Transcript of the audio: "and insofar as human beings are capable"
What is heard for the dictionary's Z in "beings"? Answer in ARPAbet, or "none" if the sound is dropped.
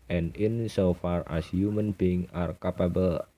none